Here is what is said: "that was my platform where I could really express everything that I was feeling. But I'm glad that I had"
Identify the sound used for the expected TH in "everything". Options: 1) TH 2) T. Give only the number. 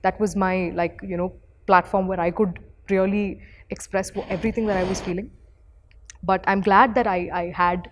2